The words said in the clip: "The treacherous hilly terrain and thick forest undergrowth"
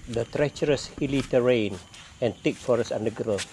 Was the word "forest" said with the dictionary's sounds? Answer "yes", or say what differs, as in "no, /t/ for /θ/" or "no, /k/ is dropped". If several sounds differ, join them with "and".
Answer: no, /t/ is dropped